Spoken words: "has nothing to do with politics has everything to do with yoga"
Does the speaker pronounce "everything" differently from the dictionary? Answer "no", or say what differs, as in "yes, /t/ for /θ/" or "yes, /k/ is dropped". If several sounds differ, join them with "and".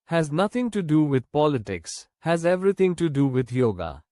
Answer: yes, /t/ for /θ/